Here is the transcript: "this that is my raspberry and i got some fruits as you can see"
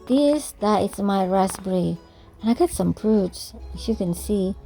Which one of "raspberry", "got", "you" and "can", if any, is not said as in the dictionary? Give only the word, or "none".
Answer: raspberry